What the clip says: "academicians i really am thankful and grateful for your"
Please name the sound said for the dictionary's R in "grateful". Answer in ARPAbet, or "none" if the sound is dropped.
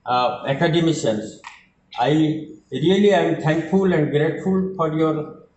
R